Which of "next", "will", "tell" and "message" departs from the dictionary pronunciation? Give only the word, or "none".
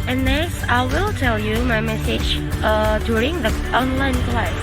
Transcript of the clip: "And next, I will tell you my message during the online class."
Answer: next